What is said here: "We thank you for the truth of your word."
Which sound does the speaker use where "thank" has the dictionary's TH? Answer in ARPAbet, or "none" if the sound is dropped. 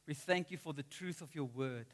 TH